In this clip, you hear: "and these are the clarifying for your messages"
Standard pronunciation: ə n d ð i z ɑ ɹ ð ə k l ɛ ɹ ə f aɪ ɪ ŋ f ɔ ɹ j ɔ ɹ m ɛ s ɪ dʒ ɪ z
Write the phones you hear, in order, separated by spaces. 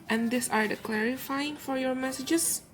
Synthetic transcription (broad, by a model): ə n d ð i s ɑ ɹ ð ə k l ɛ ɹ ə f aɪ ɪ ŋ f ɔ ɹ j ɔ ɹ m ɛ s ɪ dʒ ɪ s